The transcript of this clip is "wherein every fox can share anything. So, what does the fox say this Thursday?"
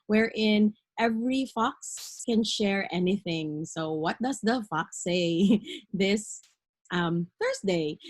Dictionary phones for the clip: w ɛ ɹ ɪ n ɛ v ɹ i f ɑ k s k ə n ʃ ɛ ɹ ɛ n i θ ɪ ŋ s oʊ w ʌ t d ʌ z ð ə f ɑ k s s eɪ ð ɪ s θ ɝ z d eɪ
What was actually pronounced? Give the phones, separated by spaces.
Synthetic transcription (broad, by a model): w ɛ ɹ ɪ n ɛ v ɹ i f ɑ k s k ə n ʃ ɛ ɹ ɛ n i θ ɪ ŋ s oʊ w ʌ t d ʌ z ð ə f ɑ k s s eɪ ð ɪ s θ ɝ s d eɪ